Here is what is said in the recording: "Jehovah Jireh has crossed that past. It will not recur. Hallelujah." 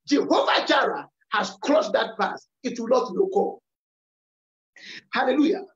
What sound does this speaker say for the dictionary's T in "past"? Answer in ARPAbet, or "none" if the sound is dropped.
none